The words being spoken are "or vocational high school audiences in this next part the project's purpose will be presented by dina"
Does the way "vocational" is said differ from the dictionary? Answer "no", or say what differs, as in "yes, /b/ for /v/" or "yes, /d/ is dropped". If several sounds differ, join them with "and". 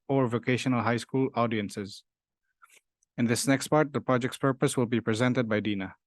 no